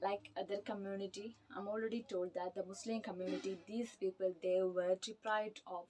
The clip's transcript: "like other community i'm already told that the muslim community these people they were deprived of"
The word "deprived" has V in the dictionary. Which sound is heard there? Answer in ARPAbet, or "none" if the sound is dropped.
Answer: none